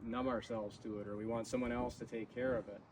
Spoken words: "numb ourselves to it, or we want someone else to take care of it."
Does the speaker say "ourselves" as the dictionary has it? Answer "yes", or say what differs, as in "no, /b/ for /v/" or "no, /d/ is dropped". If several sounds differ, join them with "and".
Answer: yes